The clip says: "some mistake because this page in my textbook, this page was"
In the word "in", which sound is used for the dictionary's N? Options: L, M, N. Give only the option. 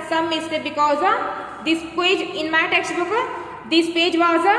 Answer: N